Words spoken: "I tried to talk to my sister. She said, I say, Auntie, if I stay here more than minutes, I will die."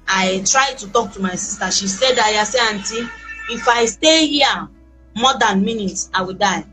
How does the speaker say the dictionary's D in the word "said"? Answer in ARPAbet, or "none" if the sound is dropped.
D